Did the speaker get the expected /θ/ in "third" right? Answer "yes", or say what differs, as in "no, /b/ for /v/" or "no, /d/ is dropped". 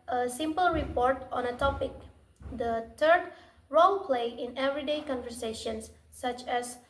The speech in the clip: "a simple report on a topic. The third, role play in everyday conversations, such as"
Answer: no, /t/ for /θ/